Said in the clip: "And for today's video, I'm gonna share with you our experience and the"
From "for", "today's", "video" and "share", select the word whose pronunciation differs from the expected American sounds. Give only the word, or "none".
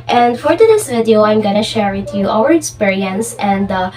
today's